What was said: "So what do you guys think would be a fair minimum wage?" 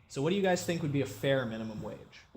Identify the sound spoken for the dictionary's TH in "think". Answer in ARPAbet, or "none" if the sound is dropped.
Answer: TH